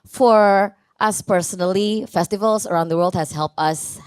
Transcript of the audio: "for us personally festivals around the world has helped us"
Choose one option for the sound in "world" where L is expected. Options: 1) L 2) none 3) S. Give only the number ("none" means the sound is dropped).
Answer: 1